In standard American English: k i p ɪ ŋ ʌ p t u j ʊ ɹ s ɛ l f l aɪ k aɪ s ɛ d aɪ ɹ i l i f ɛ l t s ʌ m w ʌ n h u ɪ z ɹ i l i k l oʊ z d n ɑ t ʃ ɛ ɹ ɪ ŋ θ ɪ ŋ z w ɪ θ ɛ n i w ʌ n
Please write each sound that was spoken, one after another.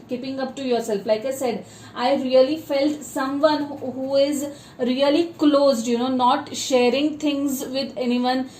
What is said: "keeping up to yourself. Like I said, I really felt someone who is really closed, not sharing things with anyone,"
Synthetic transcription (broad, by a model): k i p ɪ ŋ ʌ p t u j ʊ ɹ s ɛ l f l aɪ k aɪ s ɛ d aɪ ɹ i l i f ɛ l t s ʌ m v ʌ n h u ɪ z ɹ i l i k l oʊ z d n ɑ t ʃ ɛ ɹ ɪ ŋ t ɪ ŋ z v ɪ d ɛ n i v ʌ n